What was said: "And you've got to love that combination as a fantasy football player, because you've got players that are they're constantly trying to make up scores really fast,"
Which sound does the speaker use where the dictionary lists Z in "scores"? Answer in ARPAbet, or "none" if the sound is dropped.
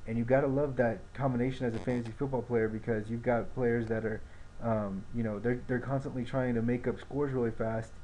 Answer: Z